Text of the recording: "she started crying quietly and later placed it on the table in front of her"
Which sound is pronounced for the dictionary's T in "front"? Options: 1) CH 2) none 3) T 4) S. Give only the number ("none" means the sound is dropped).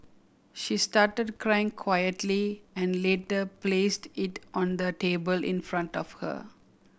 3